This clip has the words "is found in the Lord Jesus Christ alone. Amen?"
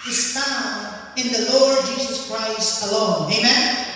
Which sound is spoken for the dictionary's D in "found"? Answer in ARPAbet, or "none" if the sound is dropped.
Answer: none